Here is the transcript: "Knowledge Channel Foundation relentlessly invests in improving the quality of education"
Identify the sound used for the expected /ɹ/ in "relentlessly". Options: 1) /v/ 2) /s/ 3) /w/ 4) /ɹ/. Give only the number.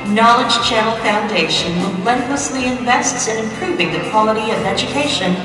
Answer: 3